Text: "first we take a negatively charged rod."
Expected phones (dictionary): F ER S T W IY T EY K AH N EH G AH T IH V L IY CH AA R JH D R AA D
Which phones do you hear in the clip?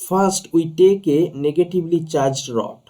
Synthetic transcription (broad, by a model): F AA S T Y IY T EY K AH N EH G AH T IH B L IY CH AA R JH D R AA